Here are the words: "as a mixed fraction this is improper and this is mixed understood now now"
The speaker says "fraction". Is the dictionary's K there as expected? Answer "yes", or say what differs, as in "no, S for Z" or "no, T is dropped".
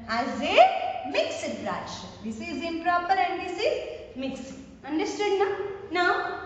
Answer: no, K is dropped